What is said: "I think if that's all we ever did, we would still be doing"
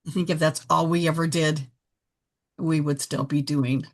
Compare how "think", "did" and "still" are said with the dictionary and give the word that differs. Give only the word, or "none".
none